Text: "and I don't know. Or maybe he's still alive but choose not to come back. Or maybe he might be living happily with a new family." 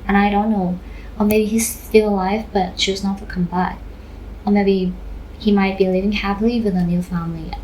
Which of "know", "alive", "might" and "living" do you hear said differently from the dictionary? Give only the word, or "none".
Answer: none